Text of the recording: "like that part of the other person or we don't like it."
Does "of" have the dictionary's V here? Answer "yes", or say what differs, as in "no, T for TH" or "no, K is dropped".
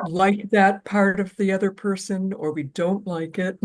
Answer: yes